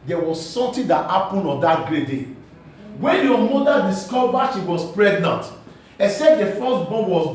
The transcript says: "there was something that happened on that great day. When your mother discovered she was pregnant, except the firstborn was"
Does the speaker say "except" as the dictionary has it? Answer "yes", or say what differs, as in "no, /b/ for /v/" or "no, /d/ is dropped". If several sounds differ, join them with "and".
no, /k/ is dropped